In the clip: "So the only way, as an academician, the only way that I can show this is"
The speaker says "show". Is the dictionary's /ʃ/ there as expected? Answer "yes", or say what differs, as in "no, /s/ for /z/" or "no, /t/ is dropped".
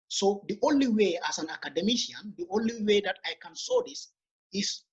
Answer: no, /s/ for /ʃ/